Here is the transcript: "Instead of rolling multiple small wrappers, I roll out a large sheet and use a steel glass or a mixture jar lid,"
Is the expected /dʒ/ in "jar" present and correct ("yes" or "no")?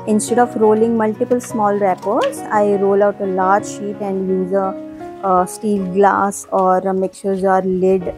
no